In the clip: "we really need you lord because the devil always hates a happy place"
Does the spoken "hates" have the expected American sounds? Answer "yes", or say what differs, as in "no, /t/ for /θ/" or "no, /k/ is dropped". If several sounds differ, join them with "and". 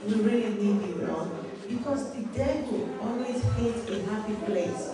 no, /s/ is dropped